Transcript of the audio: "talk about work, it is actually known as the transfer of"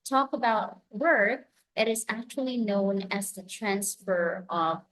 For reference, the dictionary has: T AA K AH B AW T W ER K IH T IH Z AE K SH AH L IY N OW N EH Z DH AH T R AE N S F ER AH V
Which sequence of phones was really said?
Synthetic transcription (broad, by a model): T AA K AH B AW T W ER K IH T IH Z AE K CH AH L IY N OW N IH Z DH AH T R AE N S F ER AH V